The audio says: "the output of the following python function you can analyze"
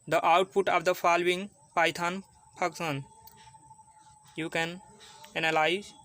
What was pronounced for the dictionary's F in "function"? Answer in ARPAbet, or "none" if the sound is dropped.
P